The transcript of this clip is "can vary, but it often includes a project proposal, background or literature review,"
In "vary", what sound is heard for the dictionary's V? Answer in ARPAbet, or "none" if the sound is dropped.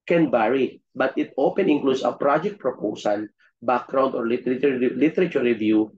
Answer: B